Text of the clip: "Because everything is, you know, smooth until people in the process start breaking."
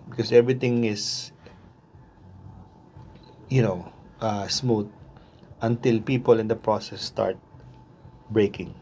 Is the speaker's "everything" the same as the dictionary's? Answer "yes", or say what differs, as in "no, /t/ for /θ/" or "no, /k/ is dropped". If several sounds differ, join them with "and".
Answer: no, /t/ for /θ/